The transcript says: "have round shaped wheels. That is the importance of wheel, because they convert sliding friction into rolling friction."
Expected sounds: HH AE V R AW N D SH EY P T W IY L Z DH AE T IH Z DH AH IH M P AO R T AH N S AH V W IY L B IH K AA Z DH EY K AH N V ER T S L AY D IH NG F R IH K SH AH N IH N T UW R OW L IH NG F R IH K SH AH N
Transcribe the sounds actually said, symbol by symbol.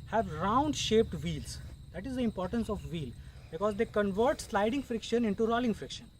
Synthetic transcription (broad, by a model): HH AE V R AW N D SH EY P T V IY L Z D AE T IH Z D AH IH M P AO R T AH N S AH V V IY L B IH K AA Z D EY K AH N V ER T S L AY D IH NG F R IH K SH AH N IH N T UW R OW L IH NG F R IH K SH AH N